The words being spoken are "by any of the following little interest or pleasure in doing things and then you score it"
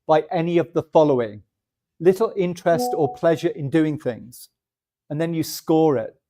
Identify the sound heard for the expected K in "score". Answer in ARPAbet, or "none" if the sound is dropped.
K